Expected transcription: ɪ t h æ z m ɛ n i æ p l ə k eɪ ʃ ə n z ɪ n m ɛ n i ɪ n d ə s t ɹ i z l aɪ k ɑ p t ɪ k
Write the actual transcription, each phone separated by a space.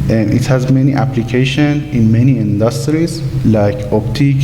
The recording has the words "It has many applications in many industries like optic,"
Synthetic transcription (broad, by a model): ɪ t h æ z m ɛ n i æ p l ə k eɪ ʃ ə n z ɪ n m ɛ n i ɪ n d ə s t ɹ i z l aɪ k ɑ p t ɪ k